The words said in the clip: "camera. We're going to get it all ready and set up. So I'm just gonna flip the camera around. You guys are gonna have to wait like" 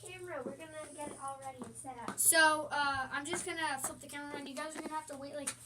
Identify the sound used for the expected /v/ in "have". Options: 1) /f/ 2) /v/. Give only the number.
1